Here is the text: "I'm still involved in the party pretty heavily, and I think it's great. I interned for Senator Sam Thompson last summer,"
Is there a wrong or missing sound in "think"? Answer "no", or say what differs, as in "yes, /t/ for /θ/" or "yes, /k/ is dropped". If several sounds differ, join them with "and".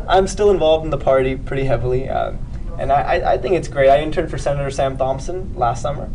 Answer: no